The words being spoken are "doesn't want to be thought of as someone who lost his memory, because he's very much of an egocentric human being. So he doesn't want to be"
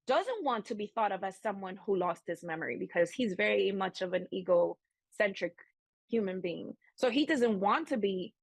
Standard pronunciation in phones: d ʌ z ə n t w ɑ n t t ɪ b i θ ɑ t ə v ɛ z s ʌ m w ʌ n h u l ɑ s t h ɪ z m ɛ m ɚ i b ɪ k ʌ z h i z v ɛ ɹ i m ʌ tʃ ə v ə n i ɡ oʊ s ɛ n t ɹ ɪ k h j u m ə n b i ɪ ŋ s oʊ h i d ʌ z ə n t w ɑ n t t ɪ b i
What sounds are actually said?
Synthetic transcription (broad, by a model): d ʌ z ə n t w ɑ n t t ɪ b i θ ɑ t ə v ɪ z s ʌ m w ʌ n h u l ɑ s t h ɪ s m ɛ m ɚ i b ɪ k ʌ z h i z v ɛ ɹ i m ʌ tʃ ə v ə n i ɡ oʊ s ɛ n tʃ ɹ ɪ k h j u m ə n b i ɪ ŋ s oʊ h i d ʌ z ə n t w ɑ n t t ɪ b i